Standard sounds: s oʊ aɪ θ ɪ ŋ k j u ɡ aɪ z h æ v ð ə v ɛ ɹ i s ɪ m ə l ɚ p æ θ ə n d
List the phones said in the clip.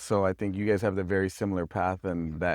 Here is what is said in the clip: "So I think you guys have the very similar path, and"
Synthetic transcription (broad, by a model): s oʊ aɪ θ ɪ ŋ k j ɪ ɡ aɪ z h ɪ v ð ə v ɛ ɹ i s ɪ m l ɚ p æ θ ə n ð